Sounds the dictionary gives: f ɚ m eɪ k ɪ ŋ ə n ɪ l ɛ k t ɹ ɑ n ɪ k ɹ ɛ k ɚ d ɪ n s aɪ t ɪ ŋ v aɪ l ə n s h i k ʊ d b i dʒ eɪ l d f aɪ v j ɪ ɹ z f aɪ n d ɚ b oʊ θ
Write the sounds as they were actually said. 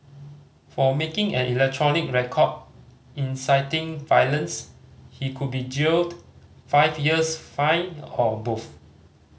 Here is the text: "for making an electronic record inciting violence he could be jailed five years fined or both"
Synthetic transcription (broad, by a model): f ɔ m eɪ k ɪ ŋ ə n ɪ l ɛ k t ɹ ɑ n ɪ k ɹ ɛ k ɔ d ɪ n s aɪ t ɪ ŋ v aɪ l ə n s h i k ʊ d b i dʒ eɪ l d f aɪ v j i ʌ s f aɪ n ɔ b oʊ f